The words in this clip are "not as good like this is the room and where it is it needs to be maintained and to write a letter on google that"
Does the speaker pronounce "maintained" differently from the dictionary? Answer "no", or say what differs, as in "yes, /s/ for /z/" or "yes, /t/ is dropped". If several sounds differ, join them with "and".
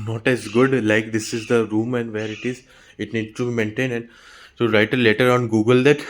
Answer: yes, /d/ is dropped